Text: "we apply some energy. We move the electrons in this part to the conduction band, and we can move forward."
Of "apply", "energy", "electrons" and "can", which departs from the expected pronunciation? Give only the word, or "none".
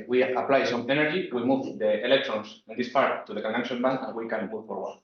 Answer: electrons